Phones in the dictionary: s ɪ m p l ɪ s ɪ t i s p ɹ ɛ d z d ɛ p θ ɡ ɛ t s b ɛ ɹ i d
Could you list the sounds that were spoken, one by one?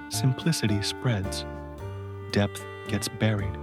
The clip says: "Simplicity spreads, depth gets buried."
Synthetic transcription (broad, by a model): s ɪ m p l ɪ s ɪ t i s p ɹ ɛ d z d ɛ p θ ɡ ɛ t s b ɛ ɹ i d